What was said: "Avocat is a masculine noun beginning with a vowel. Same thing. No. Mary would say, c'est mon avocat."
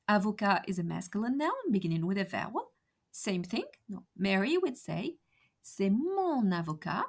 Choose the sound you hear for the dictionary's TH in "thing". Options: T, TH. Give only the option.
TH